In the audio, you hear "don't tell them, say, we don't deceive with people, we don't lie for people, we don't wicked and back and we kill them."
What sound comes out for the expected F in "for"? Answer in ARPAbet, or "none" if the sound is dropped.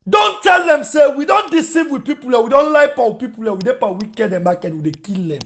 P